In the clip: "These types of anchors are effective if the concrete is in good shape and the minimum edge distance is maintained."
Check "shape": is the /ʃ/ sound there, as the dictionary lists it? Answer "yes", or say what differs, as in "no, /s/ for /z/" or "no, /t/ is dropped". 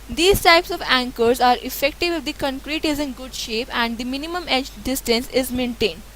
yes